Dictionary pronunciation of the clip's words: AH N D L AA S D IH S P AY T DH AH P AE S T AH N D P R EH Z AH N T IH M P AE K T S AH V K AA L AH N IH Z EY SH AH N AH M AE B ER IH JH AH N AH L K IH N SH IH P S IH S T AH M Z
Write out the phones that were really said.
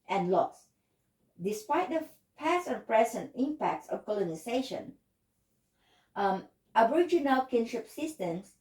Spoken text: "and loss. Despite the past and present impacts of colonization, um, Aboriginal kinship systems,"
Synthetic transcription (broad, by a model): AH N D L AA S D IH S P AY T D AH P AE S AH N P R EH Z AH N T IH M P AE K T S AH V K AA L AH N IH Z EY SH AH N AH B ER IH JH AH N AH L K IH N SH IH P S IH S T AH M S